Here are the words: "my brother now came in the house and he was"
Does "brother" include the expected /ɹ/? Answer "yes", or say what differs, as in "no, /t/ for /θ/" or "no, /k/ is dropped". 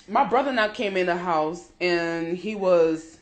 yes